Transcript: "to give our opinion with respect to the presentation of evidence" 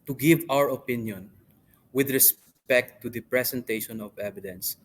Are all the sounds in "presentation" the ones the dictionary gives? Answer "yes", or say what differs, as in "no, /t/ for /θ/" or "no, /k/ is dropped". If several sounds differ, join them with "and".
no, /s/ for /z/